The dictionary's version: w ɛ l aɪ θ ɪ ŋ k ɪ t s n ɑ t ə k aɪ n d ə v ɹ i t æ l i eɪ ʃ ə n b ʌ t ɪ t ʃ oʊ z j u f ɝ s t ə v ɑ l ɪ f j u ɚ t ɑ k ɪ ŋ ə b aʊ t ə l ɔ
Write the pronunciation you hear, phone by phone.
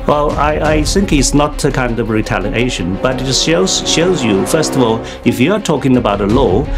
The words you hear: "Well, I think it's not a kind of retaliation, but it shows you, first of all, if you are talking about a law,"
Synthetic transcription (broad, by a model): w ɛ l aɪ θ ɪ ŋ k ɪ t s n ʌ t ə k aɪ n d ə v ɹ i t æ l i eɪ ʃ ə n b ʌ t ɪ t ʃ oʊ z j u f ɝ s t ə v ɑ l ɪ f j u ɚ t ɑ k ɪ ŋ ə b aʊ t ə l ɔ